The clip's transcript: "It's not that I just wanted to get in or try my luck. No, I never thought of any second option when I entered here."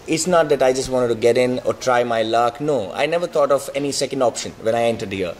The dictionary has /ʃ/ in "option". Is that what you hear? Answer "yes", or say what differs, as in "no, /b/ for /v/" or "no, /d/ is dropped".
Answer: yes